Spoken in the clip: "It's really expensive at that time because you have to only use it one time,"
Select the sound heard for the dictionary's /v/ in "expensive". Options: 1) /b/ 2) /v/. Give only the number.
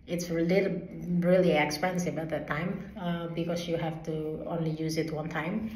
1